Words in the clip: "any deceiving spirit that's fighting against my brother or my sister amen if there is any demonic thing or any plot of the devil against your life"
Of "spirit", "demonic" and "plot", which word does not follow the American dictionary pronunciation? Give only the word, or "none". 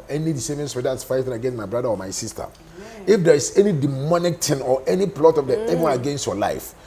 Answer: spirit